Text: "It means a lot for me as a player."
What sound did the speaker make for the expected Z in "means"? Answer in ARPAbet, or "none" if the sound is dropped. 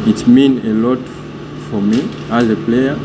none